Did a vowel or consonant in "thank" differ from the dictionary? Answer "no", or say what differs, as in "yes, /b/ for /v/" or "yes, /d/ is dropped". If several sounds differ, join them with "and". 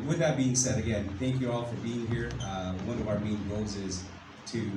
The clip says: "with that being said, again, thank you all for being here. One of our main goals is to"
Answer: no